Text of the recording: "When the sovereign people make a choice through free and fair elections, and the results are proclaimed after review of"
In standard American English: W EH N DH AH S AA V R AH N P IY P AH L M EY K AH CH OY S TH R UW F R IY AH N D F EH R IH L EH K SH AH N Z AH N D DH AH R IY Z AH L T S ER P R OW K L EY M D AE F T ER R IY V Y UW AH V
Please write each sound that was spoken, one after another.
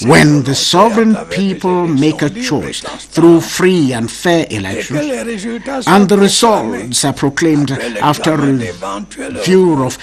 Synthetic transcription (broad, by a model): W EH N DH AH S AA V R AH N P IY P AH L M EY K AH CH OY S TH R UW F R IY AH N D F EH R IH L EH K SH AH N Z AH N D DH AH R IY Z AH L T S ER P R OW K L EY M D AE F T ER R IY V Y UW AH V